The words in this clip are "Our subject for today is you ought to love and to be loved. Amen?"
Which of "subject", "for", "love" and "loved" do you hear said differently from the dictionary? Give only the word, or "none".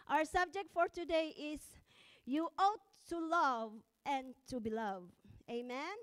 loved